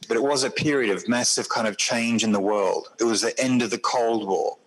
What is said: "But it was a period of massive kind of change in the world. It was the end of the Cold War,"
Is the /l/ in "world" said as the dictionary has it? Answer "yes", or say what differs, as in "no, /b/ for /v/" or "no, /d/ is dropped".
yes